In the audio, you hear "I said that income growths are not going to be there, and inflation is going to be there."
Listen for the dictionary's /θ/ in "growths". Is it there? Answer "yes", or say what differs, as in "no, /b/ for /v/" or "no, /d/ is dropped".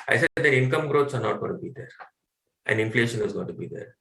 no, /t/ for /θ/